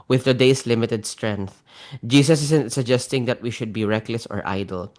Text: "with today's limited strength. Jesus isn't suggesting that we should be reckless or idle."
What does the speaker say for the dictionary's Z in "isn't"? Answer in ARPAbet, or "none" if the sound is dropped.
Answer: S